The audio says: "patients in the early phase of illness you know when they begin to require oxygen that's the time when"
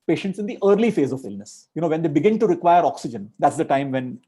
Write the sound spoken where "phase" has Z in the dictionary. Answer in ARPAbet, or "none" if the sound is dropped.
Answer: Z